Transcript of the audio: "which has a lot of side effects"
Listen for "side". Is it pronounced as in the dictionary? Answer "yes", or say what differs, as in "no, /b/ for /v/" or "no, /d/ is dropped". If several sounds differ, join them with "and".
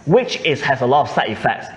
no, /d/ is dropped